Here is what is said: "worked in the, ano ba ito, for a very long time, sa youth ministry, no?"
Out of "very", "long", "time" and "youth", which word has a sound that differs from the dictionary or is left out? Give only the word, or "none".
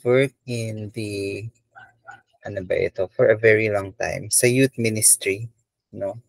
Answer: youth